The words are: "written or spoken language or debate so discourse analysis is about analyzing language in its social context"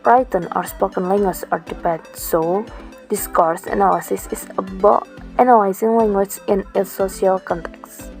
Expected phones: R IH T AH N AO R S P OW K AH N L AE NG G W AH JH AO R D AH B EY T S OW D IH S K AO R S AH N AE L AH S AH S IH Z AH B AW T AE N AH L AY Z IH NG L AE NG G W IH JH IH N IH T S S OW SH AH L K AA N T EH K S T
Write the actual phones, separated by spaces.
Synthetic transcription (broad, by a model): R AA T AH N AO R S P OW K AH N L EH NG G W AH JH AO R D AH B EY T S OW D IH S K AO R S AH N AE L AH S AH S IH S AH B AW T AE N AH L AY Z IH NG L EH NG G W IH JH IH N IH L S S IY AH L K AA N T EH K S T